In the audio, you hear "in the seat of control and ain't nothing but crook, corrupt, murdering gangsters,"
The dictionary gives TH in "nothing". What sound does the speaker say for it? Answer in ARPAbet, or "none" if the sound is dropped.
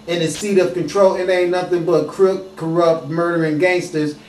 TH